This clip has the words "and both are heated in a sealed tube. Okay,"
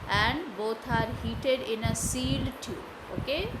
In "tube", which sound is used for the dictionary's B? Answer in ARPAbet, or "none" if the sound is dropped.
none